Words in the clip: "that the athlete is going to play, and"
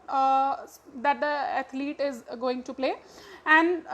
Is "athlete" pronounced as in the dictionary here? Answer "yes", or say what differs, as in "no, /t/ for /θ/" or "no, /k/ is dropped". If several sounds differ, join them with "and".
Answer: no, /t/ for /θ/